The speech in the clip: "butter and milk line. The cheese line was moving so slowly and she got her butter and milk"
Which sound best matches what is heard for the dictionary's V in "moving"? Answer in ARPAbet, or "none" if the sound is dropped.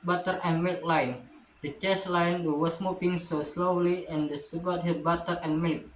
P